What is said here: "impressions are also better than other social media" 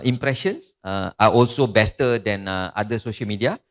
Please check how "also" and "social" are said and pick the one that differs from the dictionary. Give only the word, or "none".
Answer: none